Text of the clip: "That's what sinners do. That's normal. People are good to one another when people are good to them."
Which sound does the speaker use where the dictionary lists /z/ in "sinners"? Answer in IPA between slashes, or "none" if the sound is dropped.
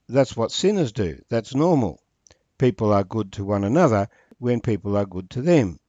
/z/